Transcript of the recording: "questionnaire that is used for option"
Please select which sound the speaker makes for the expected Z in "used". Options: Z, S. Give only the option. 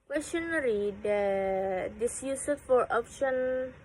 S